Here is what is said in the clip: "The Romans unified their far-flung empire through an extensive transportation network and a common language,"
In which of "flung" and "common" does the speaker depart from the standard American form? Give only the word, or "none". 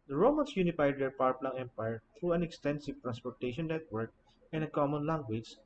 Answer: flung